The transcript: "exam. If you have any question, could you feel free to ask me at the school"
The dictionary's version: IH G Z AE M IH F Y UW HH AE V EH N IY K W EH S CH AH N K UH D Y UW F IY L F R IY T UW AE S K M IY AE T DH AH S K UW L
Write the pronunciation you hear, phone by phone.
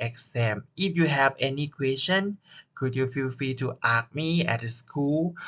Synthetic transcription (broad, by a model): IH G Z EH M IH F Y UW HH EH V EH N IY K W EH S CH AH N K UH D Y UW F IY L F R IY T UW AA K M IY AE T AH S K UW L